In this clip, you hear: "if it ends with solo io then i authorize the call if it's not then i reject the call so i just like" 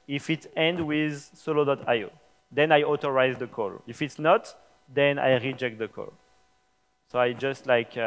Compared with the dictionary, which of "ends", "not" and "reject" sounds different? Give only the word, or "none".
ends